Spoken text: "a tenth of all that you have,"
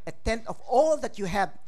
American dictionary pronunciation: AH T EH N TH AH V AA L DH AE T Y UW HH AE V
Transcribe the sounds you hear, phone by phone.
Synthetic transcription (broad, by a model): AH T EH N T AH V AA L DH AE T Y UW HH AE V